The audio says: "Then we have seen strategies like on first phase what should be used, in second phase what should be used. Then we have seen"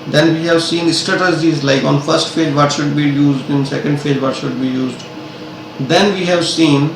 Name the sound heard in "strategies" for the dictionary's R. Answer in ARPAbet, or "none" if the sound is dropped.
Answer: none